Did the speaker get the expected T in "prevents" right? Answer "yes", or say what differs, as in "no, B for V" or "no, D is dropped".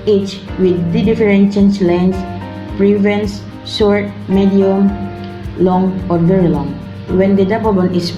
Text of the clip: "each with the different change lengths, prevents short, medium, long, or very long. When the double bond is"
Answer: no, S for T